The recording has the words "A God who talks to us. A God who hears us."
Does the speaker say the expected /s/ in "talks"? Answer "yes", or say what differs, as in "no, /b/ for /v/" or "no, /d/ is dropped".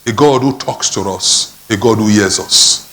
yes